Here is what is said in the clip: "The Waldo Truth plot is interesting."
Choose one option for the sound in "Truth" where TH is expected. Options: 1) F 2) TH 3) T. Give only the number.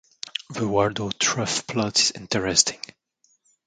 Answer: 1